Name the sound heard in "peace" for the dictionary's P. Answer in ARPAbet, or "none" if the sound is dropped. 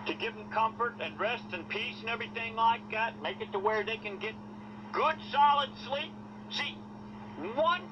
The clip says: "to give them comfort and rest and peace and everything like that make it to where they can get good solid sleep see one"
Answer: P